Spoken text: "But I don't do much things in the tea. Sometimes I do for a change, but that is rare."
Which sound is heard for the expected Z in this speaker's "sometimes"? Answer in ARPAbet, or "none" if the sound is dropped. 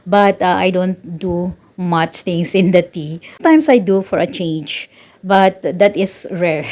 S